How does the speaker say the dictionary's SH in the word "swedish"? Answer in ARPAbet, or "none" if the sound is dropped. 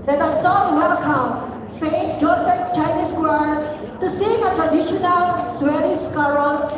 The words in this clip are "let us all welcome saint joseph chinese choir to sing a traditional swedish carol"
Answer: S